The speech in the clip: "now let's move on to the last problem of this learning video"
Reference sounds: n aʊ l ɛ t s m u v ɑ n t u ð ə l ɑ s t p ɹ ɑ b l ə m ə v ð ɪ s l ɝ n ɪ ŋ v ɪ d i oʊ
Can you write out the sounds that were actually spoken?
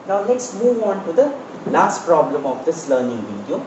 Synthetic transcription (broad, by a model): n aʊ l ɛ t s m u v ɑ n t u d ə l ɑ s t p ɹ ɑ b l ə m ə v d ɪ s l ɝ n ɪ ŋ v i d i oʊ